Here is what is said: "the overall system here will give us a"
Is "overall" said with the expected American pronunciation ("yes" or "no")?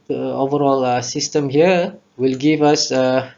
yes